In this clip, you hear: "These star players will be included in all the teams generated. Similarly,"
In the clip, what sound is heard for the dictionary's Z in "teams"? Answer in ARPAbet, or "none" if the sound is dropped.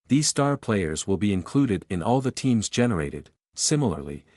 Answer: Z